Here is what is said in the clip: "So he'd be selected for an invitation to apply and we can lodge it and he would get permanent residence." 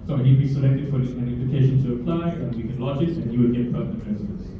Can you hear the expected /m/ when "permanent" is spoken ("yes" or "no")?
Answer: no